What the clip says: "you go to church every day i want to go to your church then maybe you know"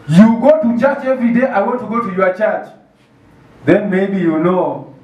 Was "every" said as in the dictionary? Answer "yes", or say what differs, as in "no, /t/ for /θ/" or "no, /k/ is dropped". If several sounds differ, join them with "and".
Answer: no, /ɹ/ is dropped